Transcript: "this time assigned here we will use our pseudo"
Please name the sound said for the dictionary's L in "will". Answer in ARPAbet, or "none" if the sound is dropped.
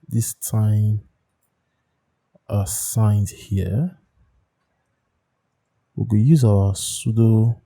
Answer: N